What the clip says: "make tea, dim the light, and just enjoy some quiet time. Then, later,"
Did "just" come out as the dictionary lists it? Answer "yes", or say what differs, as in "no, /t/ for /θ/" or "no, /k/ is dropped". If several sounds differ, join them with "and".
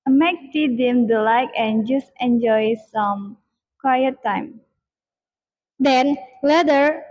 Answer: yes